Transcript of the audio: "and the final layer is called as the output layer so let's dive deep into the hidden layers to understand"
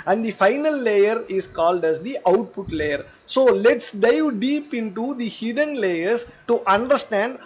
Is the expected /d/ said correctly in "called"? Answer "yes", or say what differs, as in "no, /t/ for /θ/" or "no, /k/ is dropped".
yes